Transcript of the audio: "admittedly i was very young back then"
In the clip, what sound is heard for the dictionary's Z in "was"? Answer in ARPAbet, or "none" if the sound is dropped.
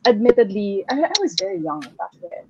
Z